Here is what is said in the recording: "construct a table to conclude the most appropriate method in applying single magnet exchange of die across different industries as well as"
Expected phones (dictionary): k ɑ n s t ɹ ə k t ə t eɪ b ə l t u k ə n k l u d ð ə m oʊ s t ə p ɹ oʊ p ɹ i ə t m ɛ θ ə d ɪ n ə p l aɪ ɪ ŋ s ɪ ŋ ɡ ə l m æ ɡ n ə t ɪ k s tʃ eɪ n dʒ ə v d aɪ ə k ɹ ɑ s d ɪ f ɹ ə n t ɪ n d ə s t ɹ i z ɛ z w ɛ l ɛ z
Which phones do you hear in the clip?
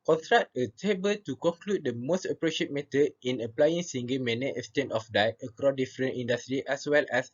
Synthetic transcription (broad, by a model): k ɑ n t ɹ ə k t ə t eɪ b ə l t u k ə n k l u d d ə m oʊ s t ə p ɹ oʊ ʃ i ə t m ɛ t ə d ɪ n ə p l aɪ ɪ ŋ s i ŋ ɡ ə m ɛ n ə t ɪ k s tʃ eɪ n ə f d aɪ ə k ɹ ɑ d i f ɹ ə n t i n d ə s t ɹ i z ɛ s w ɛ l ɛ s